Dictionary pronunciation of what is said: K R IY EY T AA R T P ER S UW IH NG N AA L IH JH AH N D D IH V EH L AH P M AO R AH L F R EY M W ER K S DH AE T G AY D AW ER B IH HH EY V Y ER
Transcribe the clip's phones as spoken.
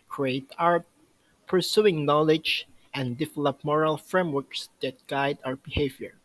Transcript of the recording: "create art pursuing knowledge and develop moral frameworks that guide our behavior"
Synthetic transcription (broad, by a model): K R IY EY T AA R P ER S UW IH NG N AA L IH JH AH N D D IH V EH L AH P M AO R AH L F R EY M W ER K S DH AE T G AY D AW ER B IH HH EY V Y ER